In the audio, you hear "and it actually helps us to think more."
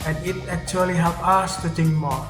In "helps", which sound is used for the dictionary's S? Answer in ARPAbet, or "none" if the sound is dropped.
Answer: none